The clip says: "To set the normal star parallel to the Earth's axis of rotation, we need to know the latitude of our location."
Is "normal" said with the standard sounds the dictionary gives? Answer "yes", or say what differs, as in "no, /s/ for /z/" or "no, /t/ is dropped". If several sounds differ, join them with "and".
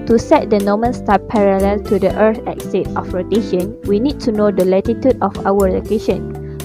no, /n/ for /l/